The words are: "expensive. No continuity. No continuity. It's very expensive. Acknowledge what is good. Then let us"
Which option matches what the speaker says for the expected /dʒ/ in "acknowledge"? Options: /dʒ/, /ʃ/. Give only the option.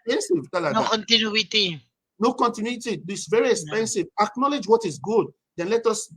/dʒ/